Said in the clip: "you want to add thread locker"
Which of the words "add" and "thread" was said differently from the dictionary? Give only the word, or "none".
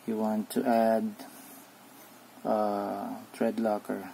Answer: thread